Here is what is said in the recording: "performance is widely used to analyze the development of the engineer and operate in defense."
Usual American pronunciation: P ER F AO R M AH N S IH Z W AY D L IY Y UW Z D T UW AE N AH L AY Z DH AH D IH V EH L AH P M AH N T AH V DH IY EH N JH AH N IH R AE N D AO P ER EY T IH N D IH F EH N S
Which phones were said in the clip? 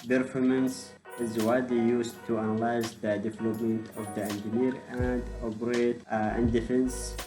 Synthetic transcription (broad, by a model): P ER F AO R M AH N S IH Z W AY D IY Y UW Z T UW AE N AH L AY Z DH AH D IH V EH L AH P M AH N T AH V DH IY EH N JH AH N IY R AE N D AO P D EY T IH N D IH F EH N S